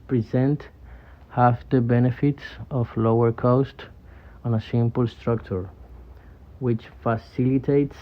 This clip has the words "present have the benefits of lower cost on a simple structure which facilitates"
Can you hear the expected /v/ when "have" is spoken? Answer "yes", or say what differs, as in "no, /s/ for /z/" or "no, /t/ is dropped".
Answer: no, /f/ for /v/